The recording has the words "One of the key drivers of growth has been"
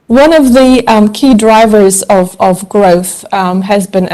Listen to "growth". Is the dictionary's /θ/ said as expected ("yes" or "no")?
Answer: yes